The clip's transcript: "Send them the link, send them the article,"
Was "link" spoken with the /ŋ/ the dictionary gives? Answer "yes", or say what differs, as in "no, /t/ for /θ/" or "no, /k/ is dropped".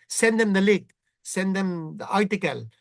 no, /ŋ/ is dropped